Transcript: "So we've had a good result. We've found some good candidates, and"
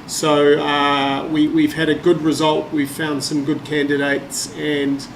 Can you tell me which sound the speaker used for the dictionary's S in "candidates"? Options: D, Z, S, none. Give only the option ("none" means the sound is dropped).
S